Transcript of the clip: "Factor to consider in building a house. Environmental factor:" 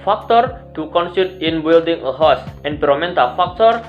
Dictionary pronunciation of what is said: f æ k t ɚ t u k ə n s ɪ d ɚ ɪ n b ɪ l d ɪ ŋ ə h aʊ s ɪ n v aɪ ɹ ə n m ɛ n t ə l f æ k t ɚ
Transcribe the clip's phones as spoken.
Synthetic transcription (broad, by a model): f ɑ k t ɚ t u k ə n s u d ɪ n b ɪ l d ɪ ŋ ə h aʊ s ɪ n p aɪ ɹ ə m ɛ n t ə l f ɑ k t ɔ